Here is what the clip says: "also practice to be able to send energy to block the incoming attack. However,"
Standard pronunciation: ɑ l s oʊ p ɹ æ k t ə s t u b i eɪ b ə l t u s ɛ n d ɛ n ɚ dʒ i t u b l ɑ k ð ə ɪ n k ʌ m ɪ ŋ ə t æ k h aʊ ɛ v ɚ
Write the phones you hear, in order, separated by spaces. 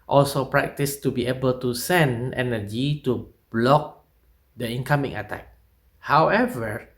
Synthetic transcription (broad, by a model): ɑ l s oʊ p ɹ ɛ k t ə s t u b i eɪ b ə l t u s ɛ n d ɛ n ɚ dʒ i t u b l ɑ k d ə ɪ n k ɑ m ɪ ŋ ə t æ k h aʊ ɛ v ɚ